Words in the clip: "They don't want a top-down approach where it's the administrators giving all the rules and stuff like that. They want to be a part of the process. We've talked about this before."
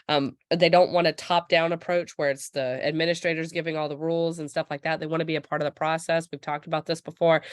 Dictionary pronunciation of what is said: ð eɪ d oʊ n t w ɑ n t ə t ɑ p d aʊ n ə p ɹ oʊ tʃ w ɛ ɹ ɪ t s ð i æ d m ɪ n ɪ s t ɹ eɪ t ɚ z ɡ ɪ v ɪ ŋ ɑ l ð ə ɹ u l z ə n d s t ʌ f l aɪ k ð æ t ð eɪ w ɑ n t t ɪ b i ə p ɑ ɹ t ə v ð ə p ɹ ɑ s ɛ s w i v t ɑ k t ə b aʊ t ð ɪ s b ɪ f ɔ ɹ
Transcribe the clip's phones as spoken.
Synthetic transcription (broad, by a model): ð eɪ d oʊ n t w ɑ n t ə t ɑ p d aʊ n ə p ɹ oʊ tʃ w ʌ ɹ ɪ t s ð i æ d m ɪ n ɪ s t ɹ eɪ t ɚ z ɡ ɪ v ɪ ŋ ɑ l ð ə ɹ u l z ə n s t ʌ f l aɪ k ð æ t ð eɪ w ɑ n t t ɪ b i ə p ɑ ɹ t ə v ð ə p ɹ ɑ s ɛ s w i v t ɑ k t ə b aʊ t ð ɪ s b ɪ f ɔ ɹ